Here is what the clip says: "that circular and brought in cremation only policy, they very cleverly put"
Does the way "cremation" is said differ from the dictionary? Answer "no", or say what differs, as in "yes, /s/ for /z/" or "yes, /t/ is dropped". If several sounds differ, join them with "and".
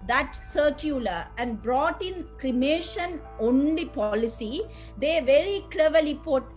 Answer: no